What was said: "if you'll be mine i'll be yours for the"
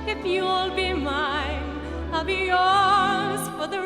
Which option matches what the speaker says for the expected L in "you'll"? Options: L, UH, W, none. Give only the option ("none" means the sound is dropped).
L